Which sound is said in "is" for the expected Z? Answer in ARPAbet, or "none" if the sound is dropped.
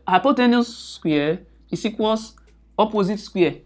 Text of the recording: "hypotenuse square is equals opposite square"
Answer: S